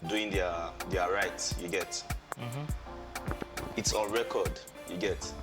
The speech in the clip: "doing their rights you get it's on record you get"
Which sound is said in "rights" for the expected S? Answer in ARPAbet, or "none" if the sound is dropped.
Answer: none